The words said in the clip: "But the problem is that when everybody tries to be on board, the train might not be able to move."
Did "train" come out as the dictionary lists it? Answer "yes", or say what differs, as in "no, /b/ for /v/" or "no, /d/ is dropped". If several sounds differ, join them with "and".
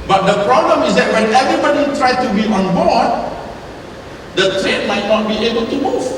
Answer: yes